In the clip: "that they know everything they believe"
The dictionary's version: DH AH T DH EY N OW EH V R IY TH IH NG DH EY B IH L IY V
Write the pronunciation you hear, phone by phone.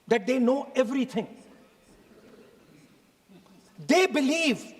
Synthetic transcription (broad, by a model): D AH T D EY N OW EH V R IY T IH NG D EY B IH L IY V